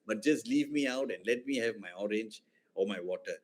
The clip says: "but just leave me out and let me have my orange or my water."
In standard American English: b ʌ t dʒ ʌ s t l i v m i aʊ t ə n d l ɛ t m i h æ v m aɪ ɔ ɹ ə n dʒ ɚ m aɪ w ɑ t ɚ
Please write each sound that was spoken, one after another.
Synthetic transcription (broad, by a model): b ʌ t dʒ ʌ s t l i v m i aʊ t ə n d l ɛ t m i h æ v m aɪ ɔ ɹ ə n dʒ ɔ m aɪ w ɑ t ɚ